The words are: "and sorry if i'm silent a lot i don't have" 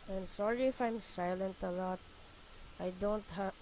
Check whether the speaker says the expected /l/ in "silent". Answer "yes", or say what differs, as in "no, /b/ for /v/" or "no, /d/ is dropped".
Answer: yes